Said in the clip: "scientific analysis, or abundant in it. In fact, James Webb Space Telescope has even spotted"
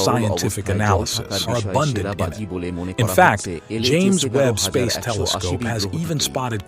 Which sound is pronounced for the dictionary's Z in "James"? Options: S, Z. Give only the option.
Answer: Z